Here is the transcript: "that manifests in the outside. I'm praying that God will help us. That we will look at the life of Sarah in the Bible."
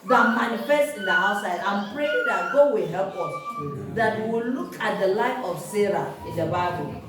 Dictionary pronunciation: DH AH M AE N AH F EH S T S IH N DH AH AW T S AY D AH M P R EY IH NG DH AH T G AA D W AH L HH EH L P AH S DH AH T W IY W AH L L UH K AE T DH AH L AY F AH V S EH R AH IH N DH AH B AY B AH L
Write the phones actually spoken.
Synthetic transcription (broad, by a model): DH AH M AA N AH F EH S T IH N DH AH AW T S AY D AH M P R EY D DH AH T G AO W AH HH EH L P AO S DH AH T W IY W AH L L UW K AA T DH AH L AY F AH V S EH R AH IH N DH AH B AY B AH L